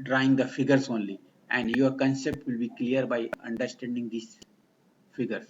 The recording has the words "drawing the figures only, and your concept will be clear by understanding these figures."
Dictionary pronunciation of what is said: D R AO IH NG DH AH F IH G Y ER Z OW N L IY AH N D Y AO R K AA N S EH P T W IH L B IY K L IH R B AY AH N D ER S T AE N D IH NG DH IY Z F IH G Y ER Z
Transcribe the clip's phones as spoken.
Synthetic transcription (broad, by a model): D R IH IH NG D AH F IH G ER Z OW N L IY AH N D Y AO R K AA N S EH P T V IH L B IY K L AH R B AY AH N D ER S T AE N D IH NG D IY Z F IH G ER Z